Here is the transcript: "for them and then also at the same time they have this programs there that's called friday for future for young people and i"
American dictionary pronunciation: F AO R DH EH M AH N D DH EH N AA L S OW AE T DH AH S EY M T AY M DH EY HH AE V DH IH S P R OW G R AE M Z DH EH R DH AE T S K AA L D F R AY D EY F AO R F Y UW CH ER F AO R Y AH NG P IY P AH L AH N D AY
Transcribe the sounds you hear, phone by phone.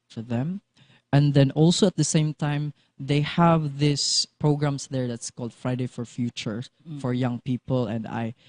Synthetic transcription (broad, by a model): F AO R DH EH M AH N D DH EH N AA L S OW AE T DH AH S EY M T AY M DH EY HH AE V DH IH S P R OW G R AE M S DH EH R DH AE T S K AA L D F R AY D EY F AO R F Y UW CH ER F AO R Y AH NG P IY P AH L AH N D AY